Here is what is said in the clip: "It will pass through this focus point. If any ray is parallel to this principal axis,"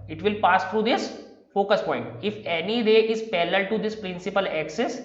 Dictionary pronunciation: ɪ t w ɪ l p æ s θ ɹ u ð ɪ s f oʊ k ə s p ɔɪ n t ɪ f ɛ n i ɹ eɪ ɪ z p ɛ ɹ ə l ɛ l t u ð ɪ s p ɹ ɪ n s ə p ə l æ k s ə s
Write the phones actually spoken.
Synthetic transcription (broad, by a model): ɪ t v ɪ l p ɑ s t ɹ u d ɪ s f oʊ k ə s p ɔɪ n t ɪ f ɛ n i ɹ eɪ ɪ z p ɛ l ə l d t u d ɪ s p ɹ ɪ n s ə p ə l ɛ k s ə s